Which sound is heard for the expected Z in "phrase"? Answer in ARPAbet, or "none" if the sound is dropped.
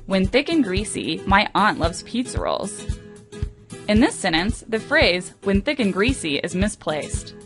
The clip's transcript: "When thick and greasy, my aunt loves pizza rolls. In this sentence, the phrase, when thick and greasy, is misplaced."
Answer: Z